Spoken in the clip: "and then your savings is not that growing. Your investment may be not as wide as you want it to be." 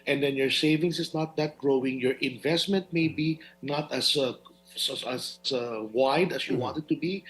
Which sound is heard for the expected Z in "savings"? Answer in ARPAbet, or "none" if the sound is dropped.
S